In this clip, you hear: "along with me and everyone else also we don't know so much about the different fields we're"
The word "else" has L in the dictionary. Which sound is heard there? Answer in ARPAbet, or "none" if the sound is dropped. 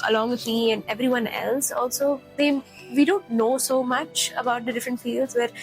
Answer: L